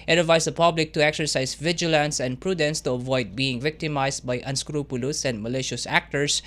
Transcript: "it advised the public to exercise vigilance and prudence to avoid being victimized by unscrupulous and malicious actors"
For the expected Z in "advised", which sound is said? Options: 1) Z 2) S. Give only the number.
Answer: 2